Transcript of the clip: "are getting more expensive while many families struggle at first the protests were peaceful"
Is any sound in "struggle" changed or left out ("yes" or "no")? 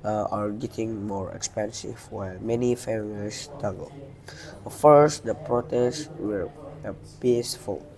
yes